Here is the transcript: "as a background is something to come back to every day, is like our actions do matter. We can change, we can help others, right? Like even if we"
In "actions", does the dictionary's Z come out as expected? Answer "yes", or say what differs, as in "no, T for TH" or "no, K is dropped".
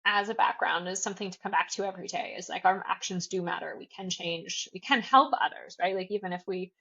yes